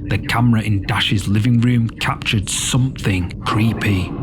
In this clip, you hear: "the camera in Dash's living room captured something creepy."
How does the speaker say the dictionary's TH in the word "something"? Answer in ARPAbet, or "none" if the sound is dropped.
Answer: TH